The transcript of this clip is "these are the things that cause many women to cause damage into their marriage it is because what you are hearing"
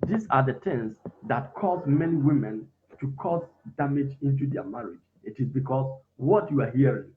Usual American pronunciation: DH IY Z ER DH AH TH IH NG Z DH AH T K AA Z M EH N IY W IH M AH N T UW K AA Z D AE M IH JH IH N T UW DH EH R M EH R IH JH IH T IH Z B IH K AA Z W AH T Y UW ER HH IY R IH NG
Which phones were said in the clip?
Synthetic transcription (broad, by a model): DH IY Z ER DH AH T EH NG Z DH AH T K AA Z M EH N IY W IH M AH N T UW K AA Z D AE M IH JH IH N T UW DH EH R M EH R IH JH IH T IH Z B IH K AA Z W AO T Y UW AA HH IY R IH NG